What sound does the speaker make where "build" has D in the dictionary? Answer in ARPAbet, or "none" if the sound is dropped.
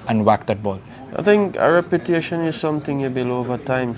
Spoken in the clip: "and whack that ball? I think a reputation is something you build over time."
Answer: none